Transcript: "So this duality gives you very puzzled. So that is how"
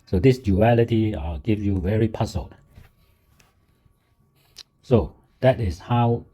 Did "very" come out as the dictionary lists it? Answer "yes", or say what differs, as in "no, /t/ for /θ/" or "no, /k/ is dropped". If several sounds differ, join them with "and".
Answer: yes